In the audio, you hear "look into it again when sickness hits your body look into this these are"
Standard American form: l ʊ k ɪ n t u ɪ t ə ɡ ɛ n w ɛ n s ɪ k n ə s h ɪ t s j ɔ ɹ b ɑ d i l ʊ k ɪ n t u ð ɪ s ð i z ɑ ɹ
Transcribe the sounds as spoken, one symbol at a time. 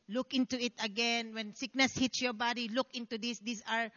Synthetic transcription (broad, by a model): l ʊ k ɪ n t u ɪ t ə ɡ ɛ n w ɛ n s ɪ k n ə s h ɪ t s j ɔ ɹ b ɑ d i l ʊ k ɪ n t u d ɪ s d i s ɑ ɹ